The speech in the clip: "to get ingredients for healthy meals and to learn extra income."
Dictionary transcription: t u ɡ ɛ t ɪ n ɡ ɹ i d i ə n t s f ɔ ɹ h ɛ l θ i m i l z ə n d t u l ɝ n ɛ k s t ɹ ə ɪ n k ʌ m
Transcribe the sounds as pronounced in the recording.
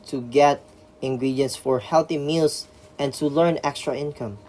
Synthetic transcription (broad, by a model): t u ɡ ɛ t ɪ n ɡ ɹ i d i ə n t s f ɔ ɹ h ɛ l θ i m i l s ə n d t u l ɝ n ɛ k s t ɹ ə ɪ n k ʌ m